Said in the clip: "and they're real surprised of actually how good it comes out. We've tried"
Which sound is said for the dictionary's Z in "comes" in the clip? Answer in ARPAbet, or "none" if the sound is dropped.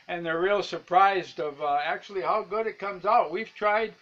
Z